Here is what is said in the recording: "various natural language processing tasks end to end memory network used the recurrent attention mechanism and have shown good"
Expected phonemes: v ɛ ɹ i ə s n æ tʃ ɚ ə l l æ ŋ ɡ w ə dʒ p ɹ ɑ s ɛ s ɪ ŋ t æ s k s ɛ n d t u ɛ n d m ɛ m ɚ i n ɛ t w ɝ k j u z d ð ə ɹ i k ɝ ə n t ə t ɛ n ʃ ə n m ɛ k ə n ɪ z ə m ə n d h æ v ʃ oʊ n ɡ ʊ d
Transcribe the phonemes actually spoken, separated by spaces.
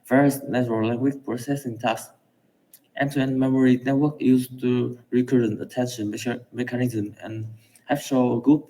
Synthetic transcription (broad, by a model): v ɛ ɹ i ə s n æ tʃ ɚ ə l l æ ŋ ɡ w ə tʃ p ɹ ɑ s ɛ s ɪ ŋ t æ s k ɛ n t u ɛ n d m ɛ m ɚ i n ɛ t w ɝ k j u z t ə ɹ i k ɝ ə n t ə t ɛ n ʃ ə n m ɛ k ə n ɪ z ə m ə n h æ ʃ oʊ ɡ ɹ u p